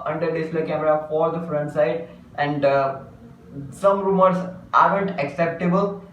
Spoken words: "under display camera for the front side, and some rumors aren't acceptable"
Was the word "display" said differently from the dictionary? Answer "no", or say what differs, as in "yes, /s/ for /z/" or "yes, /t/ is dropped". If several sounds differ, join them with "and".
yes, /p/ is dropped